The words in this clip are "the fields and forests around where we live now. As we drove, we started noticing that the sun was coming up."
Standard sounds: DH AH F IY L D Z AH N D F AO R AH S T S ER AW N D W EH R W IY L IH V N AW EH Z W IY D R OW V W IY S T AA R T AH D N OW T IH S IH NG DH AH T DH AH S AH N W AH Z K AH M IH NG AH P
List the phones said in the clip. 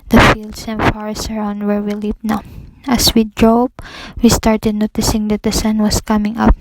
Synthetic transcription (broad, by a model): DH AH F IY L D S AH N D F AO R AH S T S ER AW N D W EH R W IY L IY P N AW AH S W IY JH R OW B W IY S T AA R T AH D N OW T IH S IH NG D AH T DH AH S AH N W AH S K AH M IH NG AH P